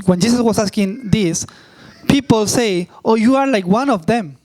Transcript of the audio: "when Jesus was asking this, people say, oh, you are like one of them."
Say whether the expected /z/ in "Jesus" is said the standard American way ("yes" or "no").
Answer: no